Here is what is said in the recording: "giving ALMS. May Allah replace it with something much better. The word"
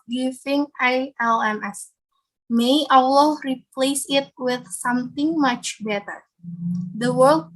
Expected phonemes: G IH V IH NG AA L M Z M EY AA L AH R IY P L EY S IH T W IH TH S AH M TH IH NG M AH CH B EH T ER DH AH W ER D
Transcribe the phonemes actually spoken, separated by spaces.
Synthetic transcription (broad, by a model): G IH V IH NG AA L M S M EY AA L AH R IY P L EY S IH T W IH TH S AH M T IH NG M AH CH B EH T ER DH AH W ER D